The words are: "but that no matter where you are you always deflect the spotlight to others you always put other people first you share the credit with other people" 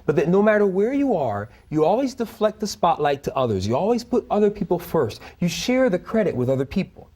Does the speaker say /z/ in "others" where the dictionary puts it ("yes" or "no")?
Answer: yes